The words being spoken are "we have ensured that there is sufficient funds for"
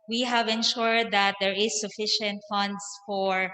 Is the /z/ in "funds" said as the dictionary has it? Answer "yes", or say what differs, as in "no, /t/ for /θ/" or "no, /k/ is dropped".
no, /s/ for /z/